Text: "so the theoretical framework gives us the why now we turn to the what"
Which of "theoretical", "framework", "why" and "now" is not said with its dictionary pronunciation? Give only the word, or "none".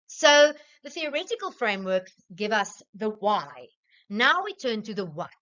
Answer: none